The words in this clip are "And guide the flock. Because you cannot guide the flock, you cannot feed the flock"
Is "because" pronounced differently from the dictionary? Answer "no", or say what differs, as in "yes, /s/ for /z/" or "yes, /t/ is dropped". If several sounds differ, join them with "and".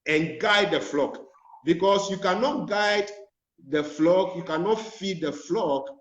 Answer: yes, /s/ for /z/